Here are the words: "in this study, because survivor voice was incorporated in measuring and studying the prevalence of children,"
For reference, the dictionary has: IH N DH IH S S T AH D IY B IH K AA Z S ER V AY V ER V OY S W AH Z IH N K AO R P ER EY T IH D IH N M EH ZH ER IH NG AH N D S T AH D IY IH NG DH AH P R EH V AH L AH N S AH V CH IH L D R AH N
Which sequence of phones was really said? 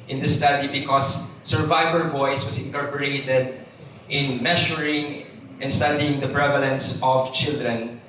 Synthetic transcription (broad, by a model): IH N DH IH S S T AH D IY B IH K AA S ER V AY V ER V OY S W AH S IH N K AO R P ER EY T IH D IH N M EH SH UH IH NG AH N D S T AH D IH NG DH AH P R EH V AH L AH N S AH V CH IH L D R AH N